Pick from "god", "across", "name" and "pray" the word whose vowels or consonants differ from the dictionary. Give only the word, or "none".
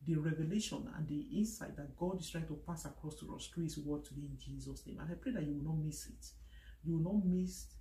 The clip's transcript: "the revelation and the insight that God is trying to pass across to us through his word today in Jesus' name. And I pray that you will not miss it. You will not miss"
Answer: none